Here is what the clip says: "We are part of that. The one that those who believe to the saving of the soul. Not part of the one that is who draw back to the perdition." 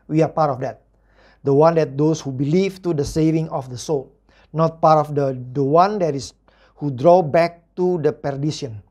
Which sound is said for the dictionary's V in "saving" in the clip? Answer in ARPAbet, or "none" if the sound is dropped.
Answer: V